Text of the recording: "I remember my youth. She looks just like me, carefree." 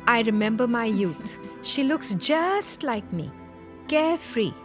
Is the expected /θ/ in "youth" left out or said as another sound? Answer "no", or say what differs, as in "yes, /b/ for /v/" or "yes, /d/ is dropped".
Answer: yes, /t/ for /θ/